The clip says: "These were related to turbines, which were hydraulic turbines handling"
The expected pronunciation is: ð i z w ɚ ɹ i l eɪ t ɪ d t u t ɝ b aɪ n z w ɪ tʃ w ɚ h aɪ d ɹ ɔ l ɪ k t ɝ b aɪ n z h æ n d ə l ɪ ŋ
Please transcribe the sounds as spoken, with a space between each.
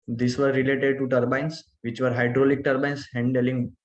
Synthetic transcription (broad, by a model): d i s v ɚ ɹ i l eɪ t ɪ d t u t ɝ b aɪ n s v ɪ tʃ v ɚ h aɪ d ɹ ɔ l ɪ k t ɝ b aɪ n s h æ n d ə l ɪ ŋ